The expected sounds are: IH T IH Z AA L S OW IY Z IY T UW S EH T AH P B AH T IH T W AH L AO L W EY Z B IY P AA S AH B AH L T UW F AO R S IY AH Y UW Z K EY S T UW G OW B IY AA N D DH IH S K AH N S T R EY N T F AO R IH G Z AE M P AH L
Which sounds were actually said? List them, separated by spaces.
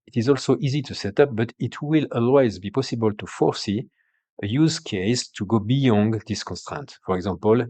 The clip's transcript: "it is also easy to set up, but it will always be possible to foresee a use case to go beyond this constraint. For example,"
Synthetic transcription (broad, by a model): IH T IH Z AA L S OW IY Z IY T UW S EH T AH P B AH T IH T W AH L AO L W EY Z B IY P AA S AH B AH L T UW F AO R S IY AH Y UW Z K EY S T UW G OW B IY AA N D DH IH S K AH N S T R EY N T F AO R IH G Z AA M P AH L